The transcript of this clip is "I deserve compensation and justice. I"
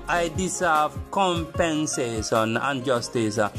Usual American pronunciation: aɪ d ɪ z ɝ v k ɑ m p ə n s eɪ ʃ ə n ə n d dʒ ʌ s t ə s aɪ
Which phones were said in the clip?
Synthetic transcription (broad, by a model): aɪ d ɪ s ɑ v k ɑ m p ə n s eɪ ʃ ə n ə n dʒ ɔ s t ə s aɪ